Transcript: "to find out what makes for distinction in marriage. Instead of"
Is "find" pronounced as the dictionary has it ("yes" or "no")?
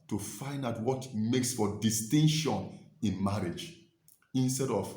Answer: yes